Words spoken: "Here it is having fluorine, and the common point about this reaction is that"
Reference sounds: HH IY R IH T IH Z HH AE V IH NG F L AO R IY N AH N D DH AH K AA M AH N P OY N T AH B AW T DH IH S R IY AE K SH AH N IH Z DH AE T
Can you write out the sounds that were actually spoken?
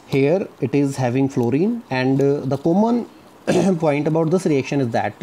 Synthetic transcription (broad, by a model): HH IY R IH T IH Z HH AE V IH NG F L AO R IY N AH N D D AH K AA M AH N P OY N T AH B AW T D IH S R IY AE K SH AH N IH Z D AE T